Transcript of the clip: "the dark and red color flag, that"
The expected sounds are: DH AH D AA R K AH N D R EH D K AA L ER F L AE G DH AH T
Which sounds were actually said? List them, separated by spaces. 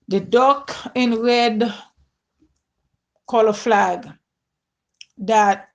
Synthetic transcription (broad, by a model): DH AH D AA K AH N R EH D K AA L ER F L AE G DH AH T